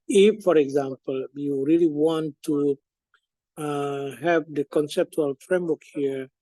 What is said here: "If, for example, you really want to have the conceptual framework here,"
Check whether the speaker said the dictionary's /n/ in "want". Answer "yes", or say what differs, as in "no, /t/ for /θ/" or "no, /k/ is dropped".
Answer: yes